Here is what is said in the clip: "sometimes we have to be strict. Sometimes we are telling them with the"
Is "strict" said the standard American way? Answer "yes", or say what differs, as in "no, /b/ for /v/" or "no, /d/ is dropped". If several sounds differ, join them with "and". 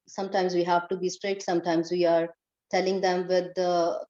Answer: no, /k/ is dropped